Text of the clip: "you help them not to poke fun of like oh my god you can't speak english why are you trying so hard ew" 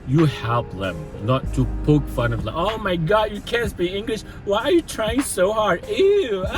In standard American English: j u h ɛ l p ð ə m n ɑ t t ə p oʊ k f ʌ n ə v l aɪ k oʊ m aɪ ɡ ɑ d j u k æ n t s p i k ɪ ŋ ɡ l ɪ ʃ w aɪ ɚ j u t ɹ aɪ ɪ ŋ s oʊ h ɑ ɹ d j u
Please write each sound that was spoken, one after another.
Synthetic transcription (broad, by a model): j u h ɛ l p ð ə m n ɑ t t ə p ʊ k f ʌ n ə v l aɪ oʊ m aɪ ɡ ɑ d j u k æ n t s b i ɪ ŋ ɡ l ɪ ʃ w aɪ ɚ j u t ɹ aɪ ɪ ŋ s oʊ h ɑ ɹ d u